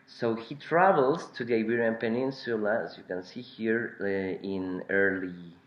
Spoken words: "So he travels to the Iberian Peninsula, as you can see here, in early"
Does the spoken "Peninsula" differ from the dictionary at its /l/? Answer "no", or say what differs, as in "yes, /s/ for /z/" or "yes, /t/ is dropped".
no